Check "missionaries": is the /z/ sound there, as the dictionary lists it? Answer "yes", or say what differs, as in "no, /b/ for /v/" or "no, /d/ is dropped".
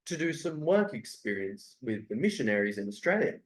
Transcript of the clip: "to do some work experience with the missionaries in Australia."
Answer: yes